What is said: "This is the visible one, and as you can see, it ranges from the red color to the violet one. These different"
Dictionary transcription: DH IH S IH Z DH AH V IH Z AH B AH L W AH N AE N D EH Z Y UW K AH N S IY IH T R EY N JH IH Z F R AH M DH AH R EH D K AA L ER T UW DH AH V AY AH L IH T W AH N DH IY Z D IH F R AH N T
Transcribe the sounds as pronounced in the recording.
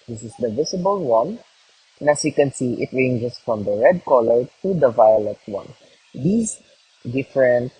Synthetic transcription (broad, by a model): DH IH S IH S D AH V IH S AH B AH L W AH N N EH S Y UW K AH N S IY IH T R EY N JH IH S F R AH M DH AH R EH D K AA L ER T UW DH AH V AY AH L IH T W AH N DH IY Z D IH F R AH N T